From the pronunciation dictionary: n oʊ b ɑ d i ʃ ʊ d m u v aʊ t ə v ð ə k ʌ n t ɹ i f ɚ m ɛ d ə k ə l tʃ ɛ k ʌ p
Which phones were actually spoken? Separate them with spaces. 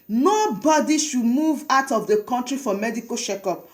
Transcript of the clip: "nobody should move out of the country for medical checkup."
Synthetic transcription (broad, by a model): n oʊ b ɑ d i ʃ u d m u v aʊ t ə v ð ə k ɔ n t ɹ i f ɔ m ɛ d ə k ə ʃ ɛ k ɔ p